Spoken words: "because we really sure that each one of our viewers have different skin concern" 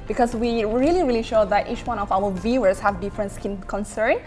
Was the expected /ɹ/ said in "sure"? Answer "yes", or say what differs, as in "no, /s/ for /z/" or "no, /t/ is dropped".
no, /l/ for /ɹ/